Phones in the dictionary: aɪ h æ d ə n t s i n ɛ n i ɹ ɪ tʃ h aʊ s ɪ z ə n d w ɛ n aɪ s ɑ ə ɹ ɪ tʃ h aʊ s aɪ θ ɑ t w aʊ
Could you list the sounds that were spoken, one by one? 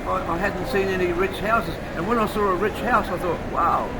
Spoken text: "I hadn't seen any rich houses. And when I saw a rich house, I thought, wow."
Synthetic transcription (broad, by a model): aɪ h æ d n t s i n ɛ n i ɹ ɪ tʃ h aʊ s ɪ z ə n w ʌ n aɪ s ɑ ə ɹ ɪ tʃ h aʊ s aɪ θ ɑ t w aʊ